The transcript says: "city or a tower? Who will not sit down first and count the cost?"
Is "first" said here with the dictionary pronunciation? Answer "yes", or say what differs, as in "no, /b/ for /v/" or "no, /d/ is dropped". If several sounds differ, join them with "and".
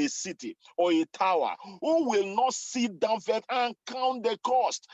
no, /s/ is dropped